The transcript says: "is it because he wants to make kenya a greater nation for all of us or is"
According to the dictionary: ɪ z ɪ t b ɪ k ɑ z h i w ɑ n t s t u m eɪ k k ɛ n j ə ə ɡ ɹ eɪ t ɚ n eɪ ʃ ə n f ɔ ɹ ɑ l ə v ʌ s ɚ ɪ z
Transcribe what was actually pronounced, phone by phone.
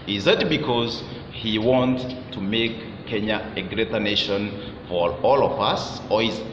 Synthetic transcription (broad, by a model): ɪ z ɪ t b ɪ k ɑ z h i w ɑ n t t u m eɪ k k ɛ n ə ə ɡ ɹ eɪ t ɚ n eɪ ʃ ə n f ɔ ɹ ɑ l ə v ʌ s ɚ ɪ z